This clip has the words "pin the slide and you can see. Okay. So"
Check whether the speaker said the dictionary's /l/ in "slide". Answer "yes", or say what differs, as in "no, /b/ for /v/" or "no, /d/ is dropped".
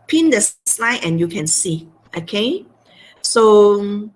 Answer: yes